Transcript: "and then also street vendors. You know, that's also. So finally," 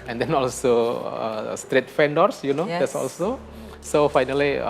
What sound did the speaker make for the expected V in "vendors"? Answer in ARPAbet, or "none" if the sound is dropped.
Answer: F